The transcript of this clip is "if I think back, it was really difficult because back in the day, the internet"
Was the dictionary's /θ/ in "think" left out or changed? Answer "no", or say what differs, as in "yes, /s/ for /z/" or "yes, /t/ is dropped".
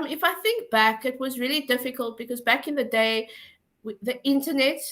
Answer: no